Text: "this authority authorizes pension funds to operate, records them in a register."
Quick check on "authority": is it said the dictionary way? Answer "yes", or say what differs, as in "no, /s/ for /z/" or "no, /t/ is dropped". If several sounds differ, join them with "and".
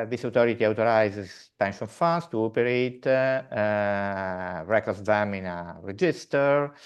no, /t/ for /θ/